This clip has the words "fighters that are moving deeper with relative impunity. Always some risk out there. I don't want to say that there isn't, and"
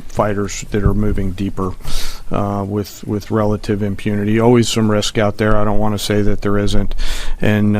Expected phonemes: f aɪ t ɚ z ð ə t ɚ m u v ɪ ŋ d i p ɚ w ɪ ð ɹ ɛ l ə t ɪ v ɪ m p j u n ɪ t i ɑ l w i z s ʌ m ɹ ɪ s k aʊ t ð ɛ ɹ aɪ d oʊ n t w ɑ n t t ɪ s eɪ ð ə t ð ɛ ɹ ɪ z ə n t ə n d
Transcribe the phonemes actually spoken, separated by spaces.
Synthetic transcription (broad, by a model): f aɪ t ɚ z ð ə t ɚ m u v ɪ ŋ d i p ɚ w ɪ ð ɹ ɛ l ə t ɪ v ɪ m p j u n ɪ t i ɑ l w i z s ʌ m ɹ ɪ s k aʊ t ð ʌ ɹ aɪ d oʊ n t w ɑ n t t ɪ s eɪ ð ə t ð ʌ ɹ ɪ z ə n t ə n